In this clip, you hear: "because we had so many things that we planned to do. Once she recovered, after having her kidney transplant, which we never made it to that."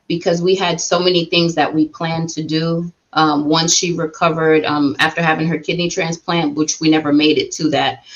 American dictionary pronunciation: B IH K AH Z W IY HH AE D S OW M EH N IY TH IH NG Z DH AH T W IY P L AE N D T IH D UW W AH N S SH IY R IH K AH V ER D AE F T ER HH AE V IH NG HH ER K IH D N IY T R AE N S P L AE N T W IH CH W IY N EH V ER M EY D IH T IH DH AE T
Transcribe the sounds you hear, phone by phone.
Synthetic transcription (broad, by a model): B IH K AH Z W IY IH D S OW M EH N IY TH IH NG Z DH AH T W IY P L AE N T IH D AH W AH N S SH IY R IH K AH V ER D AE F T ER HH AE V IH NG HH ER K IH D N IY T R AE N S P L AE N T W IH CH W IY N EH V ER M EY D IH T IH DH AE T